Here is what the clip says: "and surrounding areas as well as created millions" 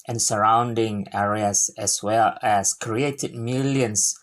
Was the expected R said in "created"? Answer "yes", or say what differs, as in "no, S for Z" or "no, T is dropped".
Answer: yes